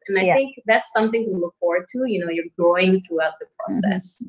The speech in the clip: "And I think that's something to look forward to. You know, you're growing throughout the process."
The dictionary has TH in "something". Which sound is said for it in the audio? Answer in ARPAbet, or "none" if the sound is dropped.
TH